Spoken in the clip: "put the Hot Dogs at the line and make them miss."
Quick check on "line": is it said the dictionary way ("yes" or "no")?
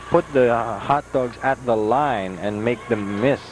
yes